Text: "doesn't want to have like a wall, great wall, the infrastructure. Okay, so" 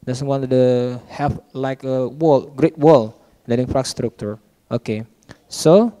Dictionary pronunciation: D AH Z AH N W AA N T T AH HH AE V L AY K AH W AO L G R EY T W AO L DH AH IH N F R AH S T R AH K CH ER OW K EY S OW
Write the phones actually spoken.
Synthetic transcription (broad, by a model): D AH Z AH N W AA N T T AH HH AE F L AY K AH W AO L G R EY T W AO L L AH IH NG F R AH S T R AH K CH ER OW K EY S OW